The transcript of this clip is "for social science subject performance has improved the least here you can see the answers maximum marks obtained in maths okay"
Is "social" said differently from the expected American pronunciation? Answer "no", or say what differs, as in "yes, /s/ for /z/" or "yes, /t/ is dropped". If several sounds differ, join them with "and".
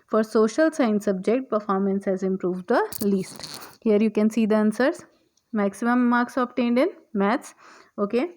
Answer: no